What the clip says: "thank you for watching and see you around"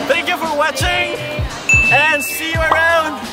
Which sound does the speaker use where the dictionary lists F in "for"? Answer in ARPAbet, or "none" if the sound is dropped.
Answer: F